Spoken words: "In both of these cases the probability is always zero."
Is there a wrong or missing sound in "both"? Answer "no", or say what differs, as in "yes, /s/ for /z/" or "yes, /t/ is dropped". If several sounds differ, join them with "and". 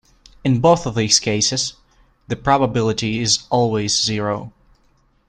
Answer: no